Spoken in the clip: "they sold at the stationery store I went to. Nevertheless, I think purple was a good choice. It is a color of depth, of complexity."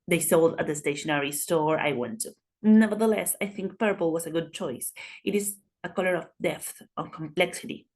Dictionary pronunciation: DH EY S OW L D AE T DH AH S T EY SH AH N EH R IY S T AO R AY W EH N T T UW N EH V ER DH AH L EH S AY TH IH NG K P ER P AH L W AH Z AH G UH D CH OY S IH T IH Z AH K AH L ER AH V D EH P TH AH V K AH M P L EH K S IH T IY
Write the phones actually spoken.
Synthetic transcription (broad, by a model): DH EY S OW L D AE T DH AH S T EY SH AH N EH R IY S T AO R AY W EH N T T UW N EH V ER DH AH L EH S AY TH IH NG K P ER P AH L W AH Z AH G UH D CH OY S IH T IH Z AH K AH L ER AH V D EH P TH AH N K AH M P L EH K S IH T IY